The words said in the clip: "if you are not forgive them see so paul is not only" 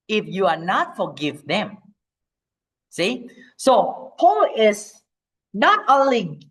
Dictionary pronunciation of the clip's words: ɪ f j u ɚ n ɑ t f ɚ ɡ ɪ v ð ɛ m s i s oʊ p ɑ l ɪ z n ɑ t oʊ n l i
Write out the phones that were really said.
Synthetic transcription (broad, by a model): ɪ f j u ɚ n ɑ t f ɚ ɡ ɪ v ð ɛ m s i s oʊ p ɑ l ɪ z n ɑ t oʊ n l i